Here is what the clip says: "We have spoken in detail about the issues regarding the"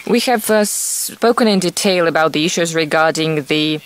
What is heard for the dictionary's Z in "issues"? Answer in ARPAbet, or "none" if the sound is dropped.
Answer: Z